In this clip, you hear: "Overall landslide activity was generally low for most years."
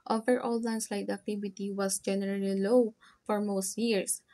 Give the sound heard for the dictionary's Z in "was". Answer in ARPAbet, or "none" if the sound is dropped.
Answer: S